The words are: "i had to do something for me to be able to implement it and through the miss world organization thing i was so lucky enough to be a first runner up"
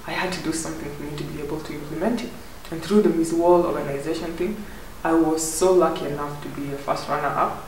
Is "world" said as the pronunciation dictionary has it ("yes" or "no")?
no